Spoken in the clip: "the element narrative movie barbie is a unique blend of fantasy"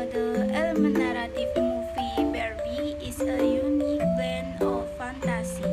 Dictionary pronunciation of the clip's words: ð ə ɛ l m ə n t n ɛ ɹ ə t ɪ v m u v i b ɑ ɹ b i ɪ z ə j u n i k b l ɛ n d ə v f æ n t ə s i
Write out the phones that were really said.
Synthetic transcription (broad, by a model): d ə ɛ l m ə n n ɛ ɹ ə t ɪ f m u f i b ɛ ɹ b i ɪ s ə j u n i k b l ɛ n ə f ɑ n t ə s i